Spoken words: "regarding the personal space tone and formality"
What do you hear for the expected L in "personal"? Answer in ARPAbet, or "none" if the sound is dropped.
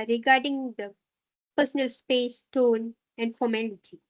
L